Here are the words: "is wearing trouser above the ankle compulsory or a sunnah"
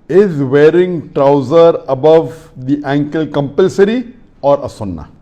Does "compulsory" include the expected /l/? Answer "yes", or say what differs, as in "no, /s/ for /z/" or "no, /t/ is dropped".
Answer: yes